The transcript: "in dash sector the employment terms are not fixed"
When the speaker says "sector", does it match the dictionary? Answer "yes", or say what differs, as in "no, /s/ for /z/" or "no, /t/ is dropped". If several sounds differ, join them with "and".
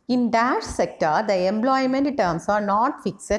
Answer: yes